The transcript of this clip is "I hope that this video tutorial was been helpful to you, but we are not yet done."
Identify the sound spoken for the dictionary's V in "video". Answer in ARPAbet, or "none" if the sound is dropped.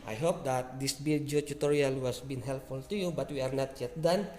B